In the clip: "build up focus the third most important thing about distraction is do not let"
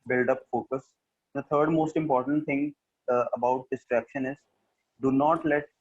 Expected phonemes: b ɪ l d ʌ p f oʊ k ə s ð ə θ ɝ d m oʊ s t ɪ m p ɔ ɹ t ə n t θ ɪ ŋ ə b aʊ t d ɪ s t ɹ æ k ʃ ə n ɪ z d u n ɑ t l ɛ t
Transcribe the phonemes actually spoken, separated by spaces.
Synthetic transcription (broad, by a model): b ɪ l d ʌ p f oʊ k ə s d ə t ɝ d m oʊ s t ɪ m p ɔ ɹ t ə n t t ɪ ŋ ə b aʊ t d ɪ s t ɹ æ k ʃ ə n ɪ z d u n ɑ t l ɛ t